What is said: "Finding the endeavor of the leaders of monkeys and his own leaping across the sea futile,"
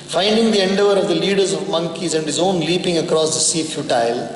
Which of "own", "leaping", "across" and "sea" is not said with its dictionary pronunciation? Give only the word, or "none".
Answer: none